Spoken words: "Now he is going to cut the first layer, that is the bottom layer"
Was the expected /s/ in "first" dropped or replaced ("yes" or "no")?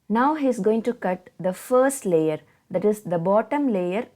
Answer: no